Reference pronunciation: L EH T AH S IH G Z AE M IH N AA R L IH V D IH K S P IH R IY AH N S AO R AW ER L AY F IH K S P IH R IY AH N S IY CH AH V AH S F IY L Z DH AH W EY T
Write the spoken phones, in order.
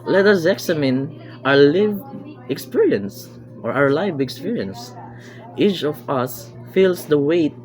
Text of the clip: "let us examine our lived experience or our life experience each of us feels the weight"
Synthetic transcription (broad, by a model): L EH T AH S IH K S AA M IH N AA R L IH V IH K S P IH R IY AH N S AO R AW ER L AY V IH K S P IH R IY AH N S IY CH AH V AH S F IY L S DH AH W EY T